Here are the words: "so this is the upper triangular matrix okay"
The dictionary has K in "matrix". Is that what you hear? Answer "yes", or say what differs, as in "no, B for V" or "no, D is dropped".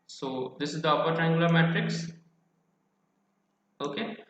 yes